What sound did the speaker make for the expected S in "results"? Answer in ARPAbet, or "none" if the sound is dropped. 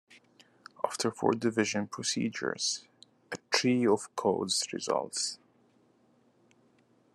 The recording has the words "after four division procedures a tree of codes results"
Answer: S